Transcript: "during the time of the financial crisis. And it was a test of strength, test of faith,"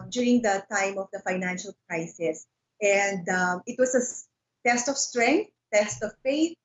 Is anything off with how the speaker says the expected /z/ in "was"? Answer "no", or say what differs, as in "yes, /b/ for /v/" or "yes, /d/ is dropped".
yes, /s/ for /z/